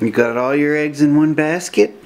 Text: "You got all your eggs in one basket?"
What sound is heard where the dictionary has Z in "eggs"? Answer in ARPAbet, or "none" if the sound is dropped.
Z